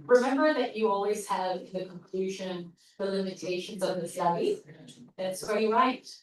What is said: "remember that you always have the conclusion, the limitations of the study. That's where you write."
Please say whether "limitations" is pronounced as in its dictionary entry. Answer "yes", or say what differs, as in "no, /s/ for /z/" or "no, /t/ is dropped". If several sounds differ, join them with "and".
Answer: yes